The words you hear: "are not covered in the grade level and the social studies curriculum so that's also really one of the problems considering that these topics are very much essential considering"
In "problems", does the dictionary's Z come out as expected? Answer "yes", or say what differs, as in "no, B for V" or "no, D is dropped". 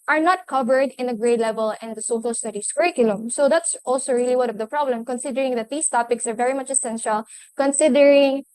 no, Z is dropped